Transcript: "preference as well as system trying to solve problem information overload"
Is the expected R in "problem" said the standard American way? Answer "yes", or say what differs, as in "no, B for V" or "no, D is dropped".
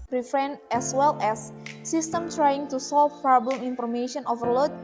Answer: no, R is dropped